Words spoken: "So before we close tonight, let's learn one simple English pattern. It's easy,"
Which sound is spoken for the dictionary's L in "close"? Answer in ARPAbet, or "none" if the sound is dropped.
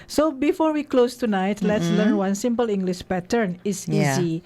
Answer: L